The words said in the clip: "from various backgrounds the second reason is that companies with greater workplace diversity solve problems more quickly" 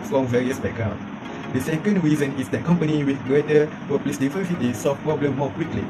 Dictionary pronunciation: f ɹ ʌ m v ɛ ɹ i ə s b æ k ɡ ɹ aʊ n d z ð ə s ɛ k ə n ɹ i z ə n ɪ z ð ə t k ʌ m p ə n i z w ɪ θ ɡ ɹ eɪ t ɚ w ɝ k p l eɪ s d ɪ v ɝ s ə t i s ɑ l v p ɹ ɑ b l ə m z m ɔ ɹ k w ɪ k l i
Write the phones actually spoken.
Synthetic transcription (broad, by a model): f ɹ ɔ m v ɛ ɹ i ə s b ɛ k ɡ ɹ aʊ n d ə s ɛ k ə n ɹ i z ə n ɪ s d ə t k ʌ m p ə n i w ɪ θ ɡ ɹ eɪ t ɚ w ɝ p l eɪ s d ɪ f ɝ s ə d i s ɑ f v p ɹ ɑ b l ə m m ɔ k w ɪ k l i